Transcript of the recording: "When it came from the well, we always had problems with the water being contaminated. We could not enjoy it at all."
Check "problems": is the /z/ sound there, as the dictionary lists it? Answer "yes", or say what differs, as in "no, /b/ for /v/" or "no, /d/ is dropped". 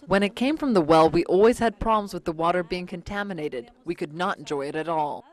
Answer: yes